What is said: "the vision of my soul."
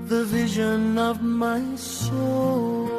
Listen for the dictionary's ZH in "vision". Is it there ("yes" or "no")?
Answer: yes